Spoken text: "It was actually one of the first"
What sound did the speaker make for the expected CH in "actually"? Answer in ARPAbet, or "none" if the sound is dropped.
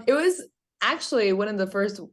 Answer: CH